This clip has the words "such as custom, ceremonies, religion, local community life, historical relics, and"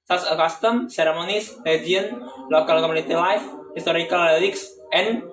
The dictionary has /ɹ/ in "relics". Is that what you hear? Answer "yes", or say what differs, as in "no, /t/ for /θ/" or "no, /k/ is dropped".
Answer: no, /l/ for /ɹ/